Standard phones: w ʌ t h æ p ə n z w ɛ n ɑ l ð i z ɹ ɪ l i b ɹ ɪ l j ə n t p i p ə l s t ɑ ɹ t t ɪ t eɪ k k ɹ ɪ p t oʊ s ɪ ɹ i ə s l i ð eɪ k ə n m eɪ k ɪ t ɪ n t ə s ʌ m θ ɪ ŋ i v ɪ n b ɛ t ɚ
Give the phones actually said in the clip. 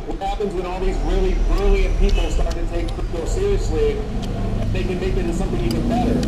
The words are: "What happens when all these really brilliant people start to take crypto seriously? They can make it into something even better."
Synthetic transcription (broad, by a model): w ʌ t h æ p ə n z w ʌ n ɑ l ð i z ɹ ɪ l i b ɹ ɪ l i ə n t p i p l s t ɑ ɹ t t ɪ t eɪ ɪ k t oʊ s ɪ ɹ i ə s l i ð eɪ k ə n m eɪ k ɪ t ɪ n s ʌ m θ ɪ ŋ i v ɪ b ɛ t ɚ